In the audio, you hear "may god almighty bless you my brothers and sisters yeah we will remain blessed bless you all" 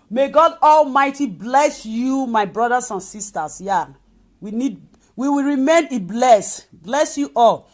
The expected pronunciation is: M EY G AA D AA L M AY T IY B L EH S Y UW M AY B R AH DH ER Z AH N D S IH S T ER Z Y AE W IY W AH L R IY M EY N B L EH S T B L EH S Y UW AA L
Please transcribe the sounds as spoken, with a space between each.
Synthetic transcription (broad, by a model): M EY G AA D AA L M AY T IY B L EH S Y UW M AY B R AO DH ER S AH N S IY S T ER S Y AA W IY W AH W R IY M EY N B L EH S B L EH S Y UW AA L